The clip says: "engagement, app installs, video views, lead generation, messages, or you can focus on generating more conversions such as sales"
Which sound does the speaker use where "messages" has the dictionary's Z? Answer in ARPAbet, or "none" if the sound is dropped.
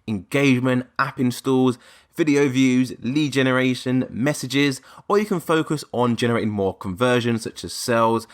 Z